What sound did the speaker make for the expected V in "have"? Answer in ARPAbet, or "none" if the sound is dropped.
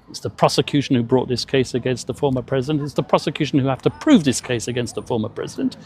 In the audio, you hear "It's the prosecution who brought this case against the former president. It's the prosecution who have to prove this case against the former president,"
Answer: F